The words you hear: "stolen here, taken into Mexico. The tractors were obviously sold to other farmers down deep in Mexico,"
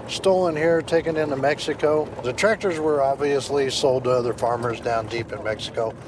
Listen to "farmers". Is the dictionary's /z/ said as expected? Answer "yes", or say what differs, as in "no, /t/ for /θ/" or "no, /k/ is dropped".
yes